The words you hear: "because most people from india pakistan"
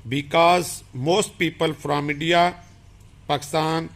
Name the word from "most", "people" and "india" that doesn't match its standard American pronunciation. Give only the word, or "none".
india